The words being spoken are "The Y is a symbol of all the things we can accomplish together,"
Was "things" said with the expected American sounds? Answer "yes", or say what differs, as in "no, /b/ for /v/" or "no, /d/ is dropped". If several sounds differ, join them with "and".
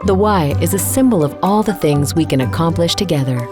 yes